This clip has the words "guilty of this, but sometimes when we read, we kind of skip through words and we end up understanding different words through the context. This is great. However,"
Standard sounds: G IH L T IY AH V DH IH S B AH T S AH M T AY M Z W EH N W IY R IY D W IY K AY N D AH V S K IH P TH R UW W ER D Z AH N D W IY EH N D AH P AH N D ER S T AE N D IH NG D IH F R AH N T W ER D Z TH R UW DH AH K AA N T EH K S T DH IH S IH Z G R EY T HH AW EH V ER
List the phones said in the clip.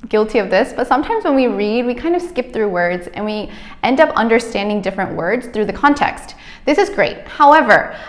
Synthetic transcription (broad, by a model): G IH L T IY AH V DH IH S B AH T S AH M T AY M Z W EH N W IY R IY D W IY K AY N D AH V S K IH P TH R UW W ER D Z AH N W IY EH N D AH P AH N D ER S T AE N D IH NG D IH F R AH N T W ER D Z TH R UW DH AH K AA N T EH K S T DH IH S IH Z G R EY T HH AW EH V ER